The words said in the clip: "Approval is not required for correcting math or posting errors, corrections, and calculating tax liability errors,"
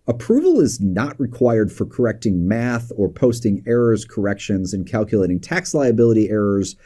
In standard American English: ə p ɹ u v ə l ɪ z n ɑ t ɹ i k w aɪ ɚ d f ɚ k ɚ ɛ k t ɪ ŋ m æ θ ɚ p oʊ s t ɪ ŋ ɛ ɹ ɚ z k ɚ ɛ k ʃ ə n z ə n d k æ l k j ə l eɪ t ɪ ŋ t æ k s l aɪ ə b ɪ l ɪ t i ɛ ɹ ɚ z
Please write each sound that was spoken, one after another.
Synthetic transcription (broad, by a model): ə p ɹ u v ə l ɪ z n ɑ t ɹ i k w aɪ ɚ d f ɚ k ɚ ɛ k t ɪ ŋ m æ θ ɚ p oʊ s t ɪ ŋ ɛ ɹ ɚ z k ɚ ɛ k ʃ ə n z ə n k æ l k j ə l eɪ t ɪ ŋ t æ k s l aɪ ə b ɪ l ɪ t i ɛ ɹ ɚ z